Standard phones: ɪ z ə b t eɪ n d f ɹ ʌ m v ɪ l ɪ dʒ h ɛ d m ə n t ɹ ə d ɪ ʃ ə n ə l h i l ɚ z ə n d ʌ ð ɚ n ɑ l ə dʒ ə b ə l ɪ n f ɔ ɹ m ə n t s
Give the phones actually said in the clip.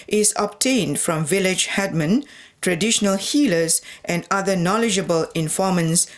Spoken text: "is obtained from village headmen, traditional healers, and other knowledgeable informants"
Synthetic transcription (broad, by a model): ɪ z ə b t eɪ n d f ɹ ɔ m v ɪ l ɪ dʒ h ɛ d m ə n t ɹ ə d ɪ ʃ ə n ə l h i l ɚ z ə n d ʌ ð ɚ n ɑ l ə dʒ ə b ə l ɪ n f ɔ m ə n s